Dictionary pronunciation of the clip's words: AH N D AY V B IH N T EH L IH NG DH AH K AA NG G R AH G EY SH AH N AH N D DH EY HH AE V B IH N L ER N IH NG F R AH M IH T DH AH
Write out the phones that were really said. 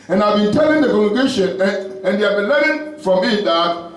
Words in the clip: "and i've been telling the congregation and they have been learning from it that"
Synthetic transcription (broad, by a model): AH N AY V B IH N T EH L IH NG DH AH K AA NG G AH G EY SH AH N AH N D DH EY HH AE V B IH N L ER IH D F R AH M IH T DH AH